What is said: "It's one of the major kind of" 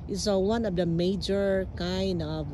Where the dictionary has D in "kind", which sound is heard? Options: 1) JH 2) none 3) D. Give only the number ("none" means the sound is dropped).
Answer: 3